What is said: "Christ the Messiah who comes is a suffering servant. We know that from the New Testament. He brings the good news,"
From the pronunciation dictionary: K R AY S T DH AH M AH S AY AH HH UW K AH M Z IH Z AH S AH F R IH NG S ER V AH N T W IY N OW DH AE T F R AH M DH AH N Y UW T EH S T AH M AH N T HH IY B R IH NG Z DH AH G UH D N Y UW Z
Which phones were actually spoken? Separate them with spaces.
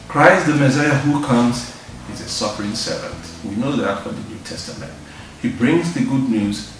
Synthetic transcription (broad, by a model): K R AY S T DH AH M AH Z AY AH HH UW K AH M Z IH Z AH S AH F R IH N S ER V AH N T W IY N OW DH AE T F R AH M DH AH N Y UW T EH S T AH M AH N T HH IY B R IH NG Z DH AH G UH D N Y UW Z